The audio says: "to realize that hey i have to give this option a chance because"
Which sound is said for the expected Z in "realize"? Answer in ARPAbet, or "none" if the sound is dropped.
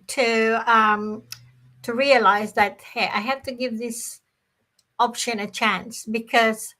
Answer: Z